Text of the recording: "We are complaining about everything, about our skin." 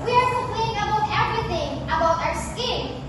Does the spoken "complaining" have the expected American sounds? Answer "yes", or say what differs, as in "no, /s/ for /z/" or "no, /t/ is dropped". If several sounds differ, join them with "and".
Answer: no, /m/ is dropped and /n/ is dropped